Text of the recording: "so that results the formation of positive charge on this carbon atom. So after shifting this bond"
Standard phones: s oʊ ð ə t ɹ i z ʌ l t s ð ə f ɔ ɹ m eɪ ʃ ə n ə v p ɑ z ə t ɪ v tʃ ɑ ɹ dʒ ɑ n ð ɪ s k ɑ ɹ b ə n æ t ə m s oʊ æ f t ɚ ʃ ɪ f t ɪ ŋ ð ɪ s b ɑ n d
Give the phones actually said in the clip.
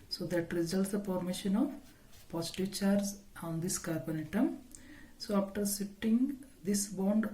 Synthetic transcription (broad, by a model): s oʊ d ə t ɹ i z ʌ l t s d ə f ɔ ɹ m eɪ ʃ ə n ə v p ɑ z t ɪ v tʃ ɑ ɹ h ɑ n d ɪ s k ɑ ɹ b ə n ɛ t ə m s oʊ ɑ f t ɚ s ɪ t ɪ ŋ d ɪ s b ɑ n d